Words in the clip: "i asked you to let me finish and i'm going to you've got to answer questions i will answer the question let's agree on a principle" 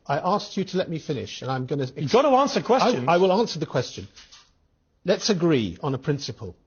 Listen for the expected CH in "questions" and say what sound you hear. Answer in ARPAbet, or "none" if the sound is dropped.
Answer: none